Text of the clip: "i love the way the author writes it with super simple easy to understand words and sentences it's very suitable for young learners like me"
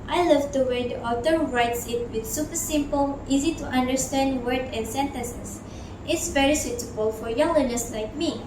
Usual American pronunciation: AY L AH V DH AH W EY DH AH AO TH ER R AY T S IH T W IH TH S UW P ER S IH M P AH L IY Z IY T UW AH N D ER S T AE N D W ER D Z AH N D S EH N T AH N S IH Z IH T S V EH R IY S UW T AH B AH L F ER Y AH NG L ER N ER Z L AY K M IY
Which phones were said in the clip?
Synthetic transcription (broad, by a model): AY L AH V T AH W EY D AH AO T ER R AY T S IH T W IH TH S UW P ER S IH M P AH L IY Z IY T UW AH N D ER S T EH N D W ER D AH N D S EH N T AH S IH S IH T S V EH R IY S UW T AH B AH L F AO Y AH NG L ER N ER S L AY K M IY